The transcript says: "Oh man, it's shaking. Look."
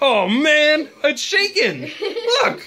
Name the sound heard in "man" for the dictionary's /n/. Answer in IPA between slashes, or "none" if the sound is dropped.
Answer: /n/